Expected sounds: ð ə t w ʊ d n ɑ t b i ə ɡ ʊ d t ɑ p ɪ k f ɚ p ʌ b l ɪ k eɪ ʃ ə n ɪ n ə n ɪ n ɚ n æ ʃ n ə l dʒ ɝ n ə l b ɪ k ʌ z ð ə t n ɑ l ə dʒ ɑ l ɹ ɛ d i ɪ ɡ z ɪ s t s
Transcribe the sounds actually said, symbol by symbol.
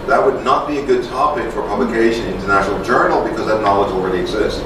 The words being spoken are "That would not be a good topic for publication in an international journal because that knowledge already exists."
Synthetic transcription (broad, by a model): ð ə t w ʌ d n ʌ t b i ə ɡ ʊ d t ɑ p ɪ k f ɚ p ʌ b l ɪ k eɪ ə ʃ ɪ n ə n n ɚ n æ ʃ n l dʒ ɝ n l b ɪ k ʌ z ð ə t n ɑ l ə dʒ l ɹ ɛ d i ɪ ɡ z ɪ s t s